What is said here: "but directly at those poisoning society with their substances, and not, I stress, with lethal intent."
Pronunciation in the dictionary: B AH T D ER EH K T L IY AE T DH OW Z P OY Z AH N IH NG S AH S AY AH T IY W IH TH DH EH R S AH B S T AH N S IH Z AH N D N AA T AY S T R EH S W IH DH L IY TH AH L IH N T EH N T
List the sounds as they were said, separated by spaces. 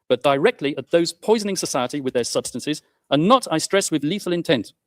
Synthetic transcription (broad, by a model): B AH T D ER EH K T L IY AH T DH OW Z P OY Z AH N IH NG S AH S AY AH T IY W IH DH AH R S AH B S T AH N S IH Z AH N N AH T AY S T R EH S W IH DH L IY TH AH L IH N T EH N T